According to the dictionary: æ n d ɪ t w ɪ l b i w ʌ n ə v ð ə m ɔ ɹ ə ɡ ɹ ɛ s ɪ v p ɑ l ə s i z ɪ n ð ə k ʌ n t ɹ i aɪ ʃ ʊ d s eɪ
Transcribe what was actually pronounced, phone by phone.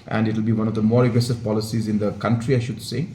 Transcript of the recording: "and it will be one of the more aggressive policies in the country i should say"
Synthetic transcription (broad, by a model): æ n d ɪ t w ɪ l b i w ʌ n ə v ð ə m ɔ ɹ ə ɡ ɹ ɛ s ɪ v p ɑ l ə s i z ɪ n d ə k ʌ n t ɹ i aɪ ʃ ʊ d s eɪ